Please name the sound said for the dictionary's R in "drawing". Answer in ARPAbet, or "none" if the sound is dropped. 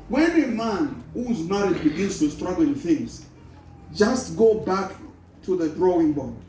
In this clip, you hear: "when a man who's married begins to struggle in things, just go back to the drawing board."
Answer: R